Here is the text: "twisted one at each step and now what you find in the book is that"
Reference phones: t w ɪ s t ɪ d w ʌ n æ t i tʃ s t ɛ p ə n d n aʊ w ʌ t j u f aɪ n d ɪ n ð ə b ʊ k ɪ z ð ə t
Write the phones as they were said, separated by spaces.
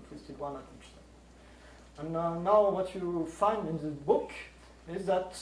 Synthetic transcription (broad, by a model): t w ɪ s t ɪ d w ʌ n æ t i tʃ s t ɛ ə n n aʊ w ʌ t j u f aɪ n d ɪ n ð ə b ʊ k ɪ z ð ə t